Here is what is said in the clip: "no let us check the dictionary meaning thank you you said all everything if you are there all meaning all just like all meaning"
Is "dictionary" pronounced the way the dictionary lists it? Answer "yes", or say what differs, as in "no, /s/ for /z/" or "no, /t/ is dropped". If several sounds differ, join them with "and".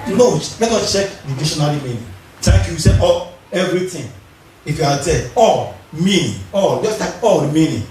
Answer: no, /k/ is dropped and /l/ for /ɹ/